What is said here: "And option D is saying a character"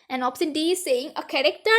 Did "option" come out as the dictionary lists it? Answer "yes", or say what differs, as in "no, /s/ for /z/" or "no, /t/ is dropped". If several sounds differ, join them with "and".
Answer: no, /s/ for /ʃ/